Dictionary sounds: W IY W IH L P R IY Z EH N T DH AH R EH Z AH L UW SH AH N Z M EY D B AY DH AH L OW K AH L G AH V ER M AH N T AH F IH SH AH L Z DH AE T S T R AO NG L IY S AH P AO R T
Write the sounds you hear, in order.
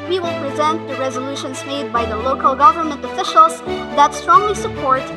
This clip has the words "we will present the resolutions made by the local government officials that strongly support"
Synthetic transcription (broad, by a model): W IY W IH L P R IY Z EH N T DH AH R EH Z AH L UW SH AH N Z M EY D B AY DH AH L OW K AH L G AH V ER M AH N T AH F IH SH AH L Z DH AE T S T R AO NG L IY S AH P AO R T